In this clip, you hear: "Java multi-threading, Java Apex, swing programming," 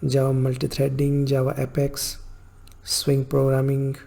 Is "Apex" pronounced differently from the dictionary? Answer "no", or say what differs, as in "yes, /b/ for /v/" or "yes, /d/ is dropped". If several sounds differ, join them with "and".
no